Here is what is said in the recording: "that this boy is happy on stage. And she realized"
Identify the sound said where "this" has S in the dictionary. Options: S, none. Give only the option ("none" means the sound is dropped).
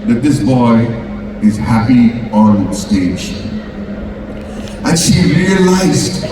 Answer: S